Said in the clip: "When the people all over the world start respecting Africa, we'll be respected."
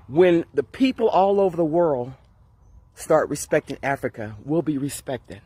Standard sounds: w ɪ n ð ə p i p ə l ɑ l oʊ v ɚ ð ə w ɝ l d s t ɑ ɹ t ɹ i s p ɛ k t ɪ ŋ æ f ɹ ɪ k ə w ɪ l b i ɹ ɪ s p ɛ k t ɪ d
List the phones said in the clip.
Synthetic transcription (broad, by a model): w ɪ n ð ə p i p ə l ɑ l oʊ v ɚ ð ə w ɝ l d s t ɑ ɹ t ɹ i s p ɛ k t ɪ ŋ æ f ɹ ɪ k ə w ɪ l b i ɹ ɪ s p ɛ k t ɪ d